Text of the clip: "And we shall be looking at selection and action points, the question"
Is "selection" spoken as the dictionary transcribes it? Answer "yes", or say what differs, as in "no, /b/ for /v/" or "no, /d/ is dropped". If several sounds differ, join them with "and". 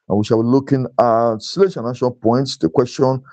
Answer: no, /k/ is dropped